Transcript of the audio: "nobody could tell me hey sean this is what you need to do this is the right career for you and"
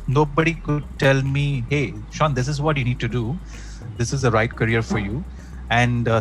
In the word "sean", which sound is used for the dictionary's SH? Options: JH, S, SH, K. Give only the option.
SH